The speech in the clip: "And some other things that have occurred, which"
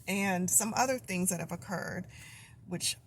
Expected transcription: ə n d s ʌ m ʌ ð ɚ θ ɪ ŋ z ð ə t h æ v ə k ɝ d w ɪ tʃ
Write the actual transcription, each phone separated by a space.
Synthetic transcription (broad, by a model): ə n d s ʌ m ʌ ð ɚ θ ɪ ŋ z ð ə t h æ v ə k ɝ d w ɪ tʃ